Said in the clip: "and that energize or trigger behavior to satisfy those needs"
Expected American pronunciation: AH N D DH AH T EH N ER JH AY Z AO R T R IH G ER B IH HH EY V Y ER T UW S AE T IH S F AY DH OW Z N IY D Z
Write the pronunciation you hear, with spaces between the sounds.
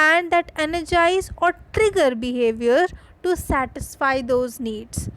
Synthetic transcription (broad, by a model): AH N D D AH T EH N ER JH AY Z AO R T R IH G ER B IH HH EY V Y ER T UW S AE T IH S F AY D OW Z N IY D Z